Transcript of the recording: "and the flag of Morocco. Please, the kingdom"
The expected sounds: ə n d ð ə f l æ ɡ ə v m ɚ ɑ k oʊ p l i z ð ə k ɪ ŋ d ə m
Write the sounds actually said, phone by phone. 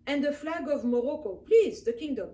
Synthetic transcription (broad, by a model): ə n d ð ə f l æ ɡ ə v m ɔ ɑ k oʊ p l i z ð ə k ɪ ŋ d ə m